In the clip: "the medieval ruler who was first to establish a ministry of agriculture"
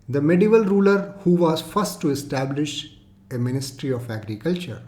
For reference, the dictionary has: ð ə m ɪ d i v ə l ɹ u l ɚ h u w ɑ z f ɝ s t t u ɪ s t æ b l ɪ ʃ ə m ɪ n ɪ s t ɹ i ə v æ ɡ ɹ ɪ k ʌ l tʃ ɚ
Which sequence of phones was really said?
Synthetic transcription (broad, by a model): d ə m ɪ d i v ə l ɹ u l ɚ h u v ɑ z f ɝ s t t u ɪ s t æ b l ɪ ʃ ə m ɪ n ɪ s t ɹ i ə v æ ɡ ɹ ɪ k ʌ l tʃ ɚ